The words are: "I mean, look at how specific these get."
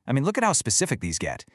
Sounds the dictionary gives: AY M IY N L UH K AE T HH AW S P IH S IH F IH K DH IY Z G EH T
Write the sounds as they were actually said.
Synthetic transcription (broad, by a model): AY M IY N L UH K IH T HH AW S P IH S IH F IH K DH IY Z G EH T